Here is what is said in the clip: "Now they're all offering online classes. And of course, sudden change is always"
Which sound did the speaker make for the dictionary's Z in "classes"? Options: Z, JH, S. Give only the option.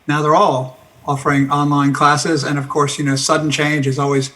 Z